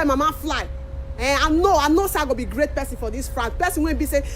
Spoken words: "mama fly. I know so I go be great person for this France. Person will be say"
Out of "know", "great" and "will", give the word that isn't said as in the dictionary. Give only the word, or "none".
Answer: will